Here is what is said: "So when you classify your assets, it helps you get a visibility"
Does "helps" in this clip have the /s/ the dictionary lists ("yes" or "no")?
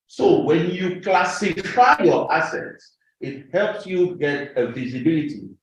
yes